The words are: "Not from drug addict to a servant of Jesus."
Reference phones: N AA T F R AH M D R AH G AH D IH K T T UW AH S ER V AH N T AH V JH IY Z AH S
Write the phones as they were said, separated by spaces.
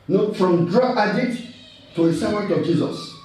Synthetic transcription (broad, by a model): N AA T F R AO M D R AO AH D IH T T UW AH S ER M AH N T AH V JH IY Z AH S